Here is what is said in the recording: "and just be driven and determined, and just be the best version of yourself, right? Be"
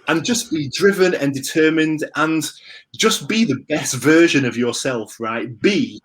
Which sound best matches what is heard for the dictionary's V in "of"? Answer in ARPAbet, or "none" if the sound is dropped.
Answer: V